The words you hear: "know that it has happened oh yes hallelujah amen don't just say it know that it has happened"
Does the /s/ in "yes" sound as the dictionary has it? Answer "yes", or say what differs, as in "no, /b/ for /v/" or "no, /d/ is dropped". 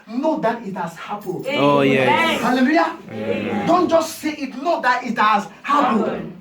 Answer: no, /s/ is dropped